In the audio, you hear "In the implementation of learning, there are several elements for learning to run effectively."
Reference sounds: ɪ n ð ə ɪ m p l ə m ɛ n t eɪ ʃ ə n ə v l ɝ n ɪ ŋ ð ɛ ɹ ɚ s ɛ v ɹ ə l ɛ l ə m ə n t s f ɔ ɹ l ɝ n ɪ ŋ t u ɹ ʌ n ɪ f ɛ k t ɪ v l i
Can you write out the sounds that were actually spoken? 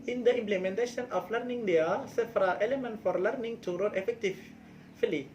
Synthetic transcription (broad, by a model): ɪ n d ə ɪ m p l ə m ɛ n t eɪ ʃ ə n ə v l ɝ n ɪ ŋ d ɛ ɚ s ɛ f ɹ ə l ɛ l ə m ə n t f ɔ ɹ l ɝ n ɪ ŋ t u ɹ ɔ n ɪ f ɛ k t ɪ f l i